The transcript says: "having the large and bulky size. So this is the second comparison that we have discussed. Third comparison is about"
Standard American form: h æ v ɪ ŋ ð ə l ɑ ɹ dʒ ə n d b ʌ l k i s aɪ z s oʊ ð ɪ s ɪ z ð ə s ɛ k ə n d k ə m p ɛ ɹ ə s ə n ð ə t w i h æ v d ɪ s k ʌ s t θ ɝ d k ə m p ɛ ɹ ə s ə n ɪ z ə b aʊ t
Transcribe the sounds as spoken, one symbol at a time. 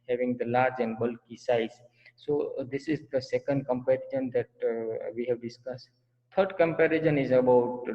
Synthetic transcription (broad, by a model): h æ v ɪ ŋ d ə l ɑ ɹ dʒ ə n d b ʌ l k i s aɪ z s oʊ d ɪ s ɪ z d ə s ɛ k ə n d k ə m p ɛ ɹ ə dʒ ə n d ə t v i h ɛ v d ɪ s k ʌ s t t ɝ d k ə m p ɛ ɹ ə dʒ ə n ɪ z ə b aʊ t